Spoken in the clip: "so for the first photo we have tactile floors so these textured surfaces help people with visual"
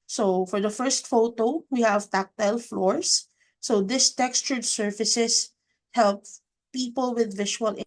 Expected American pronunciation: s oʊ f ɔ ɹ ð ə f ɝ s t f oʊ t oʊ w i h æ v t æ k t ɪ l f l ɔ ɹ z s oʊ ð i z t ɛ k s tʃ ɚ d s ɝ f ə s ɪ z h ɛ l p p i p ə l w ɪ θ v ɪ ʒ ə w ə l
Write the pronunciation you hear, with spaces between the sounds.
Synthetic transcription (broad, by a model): s oʊ f ɔ ɹ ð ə f ɝ s t f oʊ t oʊ w i h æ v t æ k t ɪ l f l ɔ ɹ s oʊ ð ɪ s t ɛ k s tʃ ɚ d s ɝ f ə s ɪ s h ɛ l p p i p ə l w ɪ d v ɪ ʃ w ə l